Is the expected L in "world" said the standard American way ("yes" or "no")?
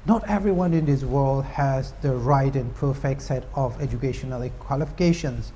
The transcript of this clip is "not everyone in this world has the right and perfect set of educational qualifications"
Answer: yes